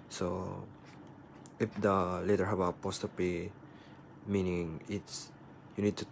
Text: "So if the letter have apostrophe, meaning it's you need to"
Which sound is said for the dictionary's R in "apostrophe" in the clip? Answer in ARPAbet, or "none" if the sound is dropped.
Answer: none